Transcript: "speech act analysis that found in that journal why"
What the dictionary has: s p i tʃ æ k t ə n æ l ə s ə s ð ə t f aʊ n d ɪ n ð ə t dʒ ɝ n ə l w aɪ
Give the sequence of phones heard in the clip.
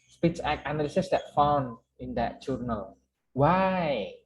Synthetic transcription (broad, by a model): s p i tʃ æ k ə n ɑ l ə s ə s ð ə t f aʊ n d ɪ n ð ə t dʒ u n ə l w aɪ